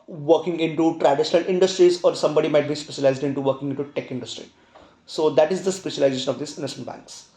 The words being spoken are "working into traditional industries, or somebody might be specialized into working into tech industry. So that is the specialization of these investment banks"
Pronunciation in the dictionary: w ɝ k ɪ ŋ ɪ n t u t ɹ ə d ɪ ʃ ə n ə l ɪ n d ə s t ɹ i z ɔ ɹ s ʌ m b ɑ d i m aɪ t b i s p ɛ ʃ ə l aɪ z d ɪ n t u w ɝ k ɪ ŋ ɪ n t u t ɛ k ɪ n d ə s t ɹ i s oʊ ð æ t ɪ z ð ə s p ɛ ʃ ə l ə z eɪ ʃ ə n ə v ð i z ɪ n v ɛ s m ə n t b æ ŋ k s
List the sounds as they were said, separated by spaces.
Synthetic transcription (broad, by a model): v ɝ k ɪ ŋ ɪ n t u t ɹ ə d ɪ ʃ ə n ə l ɪ n d ə s t ɹ i z ɔ ɹ s ʌ m b ɑ d i m aɪ t b i s p ɛ ʃ ə l aɪ z d ɪ n t u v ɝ k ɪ ŋ ɪ n t u t ɛ k ɪ n d ə s t ɹ i s oʊ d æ t ɪ z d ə s p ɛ ʃ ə l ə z eɪ ʃ ə n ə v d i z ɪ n ɛ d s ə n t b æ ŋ k s